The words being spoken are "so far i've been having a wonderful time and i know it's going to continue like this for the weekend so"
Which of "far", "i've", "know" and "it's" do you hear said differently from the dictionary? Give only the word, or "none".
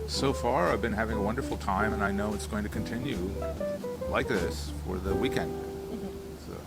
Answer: none